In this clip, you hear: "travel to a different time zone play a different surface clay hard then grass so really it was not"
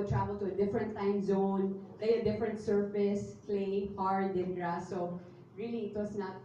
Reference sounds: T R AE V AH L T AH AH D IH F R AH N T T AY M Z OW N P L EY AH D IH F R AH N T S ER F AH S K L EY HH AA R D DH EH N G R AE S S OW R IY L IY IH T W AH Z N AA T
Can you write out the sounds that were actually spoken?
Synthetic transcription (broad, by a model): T R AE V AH L T AH AH D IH F R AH N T T AY M Z OW N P L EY AH D IH F R AH N T S ER F AH S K L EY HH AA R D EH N R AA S S OW R IY L IY IH T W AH S N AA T